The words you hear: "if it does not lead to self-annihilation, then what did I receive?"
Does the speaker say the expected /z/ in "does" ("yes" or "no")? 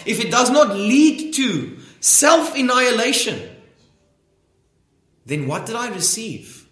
yes